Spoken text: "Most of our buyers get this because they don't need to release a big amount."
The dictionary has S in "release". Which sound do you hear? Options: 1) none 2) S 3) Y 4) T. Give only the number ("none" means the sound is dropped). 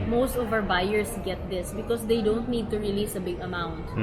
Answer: 2